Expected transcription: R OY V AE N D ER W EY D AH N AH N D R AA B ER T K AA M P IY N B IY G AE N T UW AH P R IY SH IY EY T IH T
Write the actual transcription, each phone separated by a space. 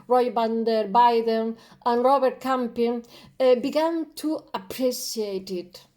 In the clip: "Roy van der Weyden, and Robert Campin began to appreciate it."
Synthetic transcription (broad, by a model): R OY B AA N D ER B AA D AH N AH N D R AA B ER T K AA M P IY N B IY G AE N T UW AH P R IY S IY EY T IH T